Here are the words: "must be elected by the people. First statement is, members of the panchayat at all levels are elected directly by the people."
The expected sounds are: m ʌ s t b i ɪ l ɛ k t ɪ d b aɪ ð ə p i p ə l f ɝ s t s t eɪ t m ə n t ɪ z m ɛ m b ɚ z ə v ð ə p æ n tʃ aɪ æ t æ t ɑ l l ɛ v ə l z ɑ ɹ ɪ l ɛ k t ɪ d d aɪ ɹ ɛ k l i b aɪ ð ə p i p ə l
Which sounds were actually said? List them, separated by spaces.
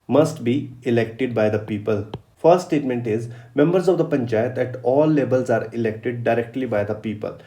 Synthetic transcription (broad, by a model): m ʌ s t b i ɪ l ɛ k t ɪ d b aɪ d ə p i p ə l f ɝ s t s t eɪ t m ə n t ɪ z m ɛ m b ɚ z ə v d ə p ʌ n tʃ aɪ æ t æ t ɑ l l ɛ b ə l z ɑ ɹ ɪ l ɛ k t ɪ d d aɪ ɹ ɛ k l i b aɪ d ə p i p ə l